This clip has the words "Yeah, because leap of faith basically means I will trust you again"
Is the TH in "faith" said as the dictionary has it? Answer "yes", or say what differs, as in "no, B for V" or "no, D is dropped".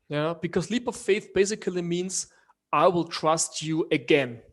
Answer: yes